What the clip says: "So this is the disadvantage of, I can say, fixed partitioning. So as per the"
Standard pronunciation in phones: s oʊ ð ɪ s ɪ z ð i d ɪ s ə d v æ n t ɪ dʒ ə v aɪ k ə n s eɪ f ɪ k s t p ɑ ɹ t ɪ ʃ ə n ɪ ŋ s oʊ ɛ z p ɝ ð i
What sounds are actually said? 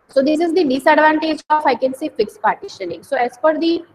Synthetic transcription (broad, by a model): s oʊ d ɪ s ɪ z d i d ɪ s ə d v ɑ n t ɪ dʒ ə f aɪ k ə n s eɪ f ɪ k s p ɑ ɹ t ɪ ʃ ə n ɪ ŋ s oʊ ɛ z f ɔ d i